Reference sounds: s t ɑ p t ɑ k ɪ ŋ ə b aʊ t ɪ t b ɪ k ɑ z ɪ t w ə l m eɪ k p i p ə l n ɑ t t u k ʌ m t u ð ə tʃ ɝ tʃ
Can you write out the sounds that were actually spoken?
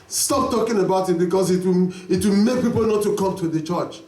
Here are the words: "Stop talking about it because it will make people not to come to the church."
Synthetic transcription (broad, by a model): s t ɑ p t ɑ k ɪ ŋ ə b aʊ t ɪ t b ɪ k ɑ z ɪ t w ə w m eɪ k p i p ə l n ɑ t t u k ʌ m t u ð ə tʃ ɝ tʃ